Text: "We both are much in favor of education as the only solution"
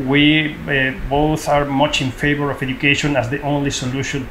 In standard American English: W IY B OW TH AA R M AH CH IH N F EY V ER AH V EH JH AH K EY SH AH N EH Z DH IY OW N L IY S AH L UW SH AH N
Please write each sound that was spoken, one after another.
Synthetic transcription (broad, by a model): W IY B OW TH AA R M AH CH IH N F EY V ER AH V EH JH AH K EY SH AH N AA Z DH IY OW N L IY S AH L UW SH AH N